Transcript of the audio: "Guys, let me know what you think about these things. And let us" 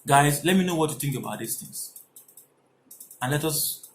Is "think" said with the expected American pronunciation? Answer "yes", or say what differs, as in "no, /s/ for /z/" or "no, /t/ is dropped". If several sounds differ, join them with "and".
yes